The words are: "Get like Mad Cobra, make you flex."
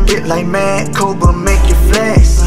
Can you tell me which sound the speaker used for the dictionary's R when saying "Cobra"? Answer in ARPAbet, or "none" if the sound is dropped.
none